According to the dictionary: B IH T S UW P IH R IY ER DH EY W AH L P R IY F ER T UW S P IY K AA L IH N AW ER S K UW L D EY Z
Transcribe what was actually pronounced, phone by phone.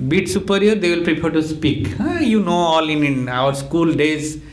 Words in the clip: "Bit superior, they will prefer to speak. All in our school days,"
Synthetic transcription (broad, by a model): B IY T S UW P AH R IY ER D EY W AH L P R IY P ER T UW S P IY K AA L IH N AW ER S K UW L D EY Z